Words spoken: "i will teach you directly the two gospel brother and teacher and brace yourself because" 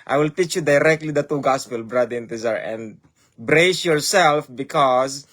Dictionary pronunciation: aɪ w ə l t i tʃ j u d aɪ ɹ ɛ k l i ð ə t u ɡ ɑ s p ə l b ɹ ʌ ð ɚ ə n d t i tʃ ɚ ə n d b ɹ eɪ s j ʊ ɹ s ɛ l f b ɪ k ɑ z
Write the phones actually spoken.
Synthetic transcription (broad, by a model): aɪ w ə l t i tʃ j u d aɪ ɹ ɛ k l i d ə t u ɡ ɑ s p ə l b ɹ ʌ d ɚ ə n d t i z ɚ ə n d b ɹ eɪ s j ʊ ɹ s ɛ l f b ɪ k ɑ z